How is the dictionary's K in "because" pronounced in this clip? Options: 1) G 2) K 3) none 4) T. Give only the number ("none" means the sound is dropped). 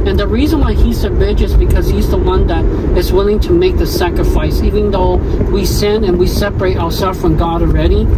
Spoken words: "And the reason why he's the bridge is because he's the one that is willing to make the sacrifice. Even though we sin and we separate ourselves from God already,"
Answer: 2